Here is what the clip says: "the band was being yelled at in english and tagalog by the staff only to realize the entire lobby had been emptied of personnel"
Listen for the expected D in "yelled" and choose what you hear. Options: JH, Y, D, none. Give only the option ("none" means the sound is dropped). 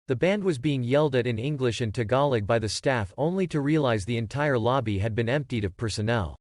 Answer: D